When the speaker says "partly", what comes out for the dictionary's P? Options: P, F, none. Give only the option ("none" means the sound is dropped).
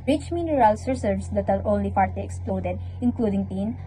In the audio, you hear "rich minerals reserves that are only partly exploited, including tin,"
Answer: F